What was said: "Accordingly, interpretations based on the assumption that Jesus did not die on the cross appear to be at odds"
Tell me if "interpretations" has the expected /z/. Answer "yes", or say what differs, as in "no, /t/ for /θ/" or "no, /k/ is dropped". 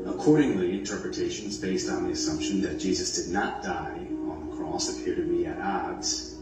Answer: yes